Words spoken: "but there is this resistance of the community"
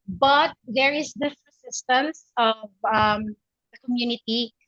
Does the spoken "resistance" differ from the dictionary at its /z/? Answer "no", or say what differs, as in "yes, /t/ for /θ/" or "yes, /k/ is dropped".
yes, /s/ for /z/